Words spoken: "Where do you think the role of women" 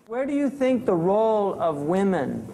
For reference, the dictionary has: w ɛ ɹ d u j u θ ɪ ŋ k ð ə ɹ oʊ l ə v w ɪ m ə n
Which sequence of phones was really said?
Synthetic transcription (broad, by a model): w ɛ ɹ d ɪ j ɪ θ ɪ ŋ k ð ə ɹ oʊ l ə v w ɪ m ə n